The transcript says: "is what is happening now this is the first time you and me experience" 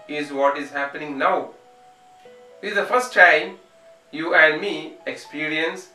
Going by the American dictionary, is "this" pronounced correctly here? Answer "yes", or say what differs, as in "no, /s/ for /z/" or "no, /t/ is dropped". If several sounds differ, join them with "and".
no, /s/ is dropped